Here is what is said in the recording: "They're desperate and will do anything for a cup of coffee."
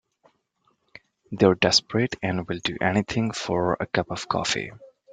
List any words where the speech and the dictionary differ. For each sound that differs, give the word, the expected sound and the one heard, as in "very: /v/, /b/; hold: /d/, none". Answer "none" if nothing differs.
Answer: anything: /θ/, /t/